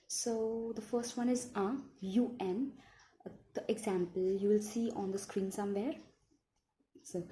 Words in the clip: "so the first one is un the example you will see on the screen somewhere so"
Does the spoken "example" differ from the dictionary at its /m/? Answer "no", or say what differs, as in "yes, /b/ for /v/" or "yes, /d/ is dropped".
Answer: no